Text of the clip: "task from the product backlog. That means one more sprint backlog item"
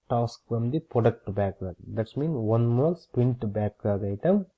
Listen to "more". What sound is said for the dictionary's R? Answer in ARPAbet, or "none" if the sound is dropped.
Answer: L